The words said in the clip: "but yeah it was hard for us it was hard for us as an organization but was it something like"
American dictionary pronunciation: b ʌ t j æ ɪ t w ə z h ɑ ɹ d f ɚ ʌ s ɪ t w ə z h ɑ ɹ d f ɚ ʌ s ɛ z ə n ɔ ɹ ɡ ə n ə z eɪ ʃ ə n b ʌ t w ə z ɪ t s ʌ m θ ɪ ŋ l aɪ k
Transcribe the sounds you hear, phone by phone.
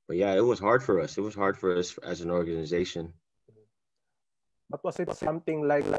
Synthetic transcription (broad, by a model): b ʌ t j æ ɪ t w ə z h ɑ ɹ d f ɚ ʌ s ɪ t w ə z h ɑ ɹ d f ɚ ʌ s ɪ z ə n ɔ ɹ ɡ ə n ə z eɪ ʃ ə n b ʌ t w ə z ɪ t s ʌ m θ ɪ ŋ l aɪ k